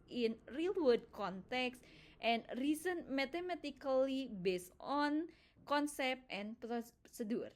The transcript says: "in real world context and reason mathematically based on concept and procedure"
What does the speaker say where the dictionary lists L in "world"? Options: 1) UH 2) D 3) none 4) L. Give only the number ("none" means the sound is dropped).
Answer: 3